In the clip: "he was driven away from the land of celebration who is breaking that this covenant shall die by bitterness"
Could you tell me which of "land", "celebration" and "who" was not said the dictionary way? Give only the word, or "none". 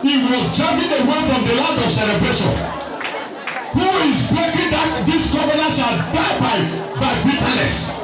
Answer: land